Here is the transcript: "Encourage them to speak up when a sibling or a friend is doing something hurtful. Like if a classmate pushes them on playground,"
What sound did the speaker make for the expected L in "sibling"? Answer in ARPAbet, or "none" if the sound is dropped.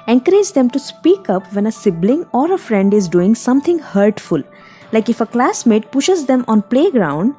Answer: L